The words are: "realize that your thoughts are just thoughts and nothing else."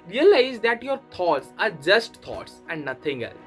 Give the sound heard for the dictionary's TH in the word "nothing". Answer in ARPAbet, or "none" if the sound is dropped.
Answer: T